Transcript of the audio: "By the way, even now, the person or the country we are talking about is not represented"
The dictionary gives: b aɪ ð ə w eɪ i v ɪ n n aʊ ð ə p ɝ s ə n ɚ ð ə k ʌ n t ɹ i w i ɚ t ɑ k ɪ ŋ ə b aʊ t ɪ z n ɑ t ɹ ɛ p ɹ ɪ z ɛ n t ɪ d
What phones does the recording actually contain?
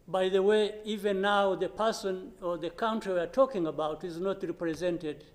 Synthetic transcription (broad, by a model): b aɪ ð ə w eɪ i v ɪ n n aʊ ð ə p ɝ s ə n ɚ ð ə k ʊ n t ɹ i w i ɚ t ɑ k ɪ ŋ ə b aʊ t ɪ z n ɑ t ɹ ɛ p ɹ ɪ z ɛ n t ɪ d